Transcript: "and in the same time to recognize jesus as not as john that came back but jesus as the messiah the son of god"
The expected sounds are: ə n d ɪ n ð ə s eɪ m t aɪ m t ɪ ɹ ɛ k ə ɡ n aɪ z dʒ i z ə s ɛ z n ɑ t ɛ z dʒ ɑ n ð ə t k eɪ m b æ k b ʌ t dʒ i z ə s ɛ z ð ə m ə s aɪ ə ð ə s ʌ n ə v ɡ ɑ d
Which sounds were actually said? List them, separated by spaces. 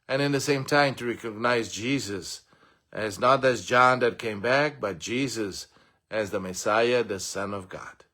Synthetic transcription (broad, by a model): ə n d ɪ n ð ə s eɪ m t aɪ m t ɪ ɹ ɛ k ə ɡ n aɪ z dʒ i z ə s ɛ z n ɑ t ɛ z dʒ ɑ n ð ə t k eɪ m b æ k b ʌ t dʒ i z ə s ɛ z ð ə m ə s aɪ ə ð ə s ʌ n ə v ɡ ɑ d